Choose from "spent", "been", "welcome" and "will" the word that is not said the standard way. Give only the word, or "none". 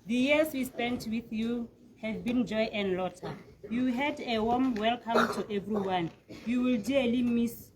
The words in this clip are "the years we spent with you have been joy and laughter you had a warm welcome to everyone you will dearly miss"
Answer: none